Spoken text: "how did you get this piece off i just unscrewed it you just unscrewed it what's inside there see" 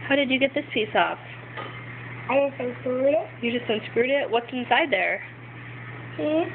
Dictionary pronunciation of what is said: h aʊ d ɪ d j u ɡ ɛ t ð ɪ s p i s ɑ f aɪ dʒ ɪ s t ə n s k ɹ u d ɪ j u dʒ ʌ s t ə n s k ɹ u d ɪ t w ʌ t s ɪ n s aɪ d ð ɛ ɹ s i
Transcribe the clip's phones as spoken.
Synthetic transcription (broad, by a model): h aʊ d ɪ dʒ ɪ ɡ ɛ t ð ɪ s p i s ɑ f aɪ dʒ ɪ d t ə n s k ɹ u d ɪ j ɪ dʒ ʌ s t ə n s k ɹ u d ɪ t w ʌ t s ɪ n s aɪ d ð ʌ ɹ